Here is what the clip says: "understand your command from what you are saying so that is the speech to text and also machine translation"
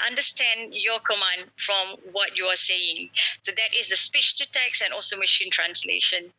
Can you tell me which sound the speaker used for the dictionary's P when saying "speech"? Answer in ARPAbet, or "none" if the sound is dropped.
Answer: P